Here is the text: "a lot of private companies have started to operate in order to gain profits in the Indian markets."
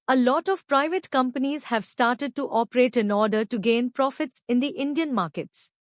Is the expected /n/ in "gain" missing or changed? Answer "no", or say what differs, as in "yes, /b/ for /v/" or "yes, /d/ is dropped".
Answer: no